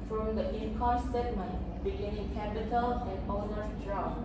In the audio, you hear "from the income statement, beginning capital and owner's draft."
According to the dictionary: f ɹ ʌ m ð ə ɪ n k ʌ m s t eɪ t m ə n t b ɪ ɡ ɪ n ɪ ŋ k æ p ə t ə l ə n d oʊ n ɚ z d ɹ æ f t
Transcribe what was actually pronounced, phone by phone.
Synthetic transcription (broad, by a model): f ɹ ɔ m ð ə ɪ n k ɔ s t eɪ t m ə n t b ɪ ɡ ɪ n ɪ ŋ k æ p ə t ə l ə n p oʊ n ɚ d ɹ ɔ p